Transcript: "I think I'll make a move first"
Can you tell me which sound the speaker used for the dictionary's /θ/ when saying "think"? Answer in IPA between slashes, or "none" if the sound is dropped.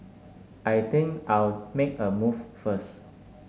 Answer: /t/